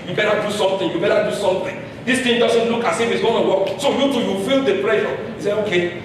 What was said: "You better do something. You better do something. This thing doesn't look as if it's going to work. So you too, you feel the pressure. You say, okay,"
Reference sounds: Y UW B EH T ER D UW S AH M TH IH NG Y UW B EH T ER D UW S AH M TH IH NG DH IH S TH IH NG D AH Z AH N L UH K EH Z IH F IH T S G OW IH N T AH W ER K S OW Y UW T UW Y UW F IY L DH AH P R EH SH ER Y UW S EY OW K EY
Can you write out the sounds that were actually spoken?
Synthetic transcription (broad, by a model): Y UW B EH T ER D UW S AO M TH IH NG Y UW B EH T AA D UW S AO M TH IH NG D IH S T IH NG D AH S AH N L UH K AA S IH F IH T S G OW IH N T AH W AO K S OW Y UW T UW Y UW F IY L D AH P R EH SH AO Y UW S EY OW K EY